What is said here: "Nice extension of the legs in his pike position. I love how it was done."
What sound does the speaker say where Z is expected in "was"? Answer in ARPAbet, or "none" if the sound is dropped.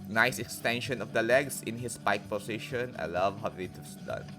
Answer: S